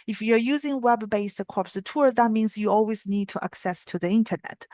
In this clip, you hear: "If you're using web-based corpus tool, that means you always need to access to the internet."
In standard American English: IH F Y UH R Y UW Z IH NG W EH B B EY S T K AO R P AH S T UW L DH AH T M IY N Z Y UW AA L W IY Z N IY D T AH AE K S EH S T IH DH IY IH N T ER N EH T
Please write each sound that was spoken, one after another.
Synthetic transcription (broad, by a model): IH F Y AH R Y UW Z IH NG W EH B B EY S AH K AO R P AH T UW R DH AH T M IY N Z Y UW AA L W IY Z N IY D T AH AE K S EH S T IH DH IY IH N T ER N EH T